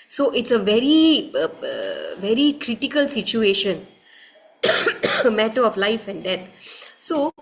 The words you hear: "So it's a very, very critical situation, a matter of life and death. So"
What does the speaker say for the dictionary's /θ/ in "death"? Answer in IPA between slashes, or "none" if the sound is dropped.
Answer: /t/